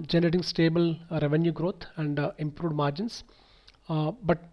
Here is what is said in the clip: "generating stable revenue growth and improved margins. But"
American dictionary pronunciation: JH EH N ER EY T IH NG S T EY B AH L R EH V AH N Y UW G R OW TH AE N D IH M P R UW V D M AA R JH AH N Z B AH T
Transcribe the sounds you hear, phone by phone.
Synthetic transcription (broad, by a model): JH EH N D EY T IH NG S T EY B AH L R EH V AH N Y UW G R OW T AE N D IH M P R UW D M AA R JH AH N S B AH T